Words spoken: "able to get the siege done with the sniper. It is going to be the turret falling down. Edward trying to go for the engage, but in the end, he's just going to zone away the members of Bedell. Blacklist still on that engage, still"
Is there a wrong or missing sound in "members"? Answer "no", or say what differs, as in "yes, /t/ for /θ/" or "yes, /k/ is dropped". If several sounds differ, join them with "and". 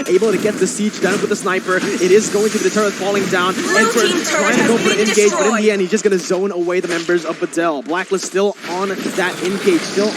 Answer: no